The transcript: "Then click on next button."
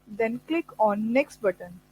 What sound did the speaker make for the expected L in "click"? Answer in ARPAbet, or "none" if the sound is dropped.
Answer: L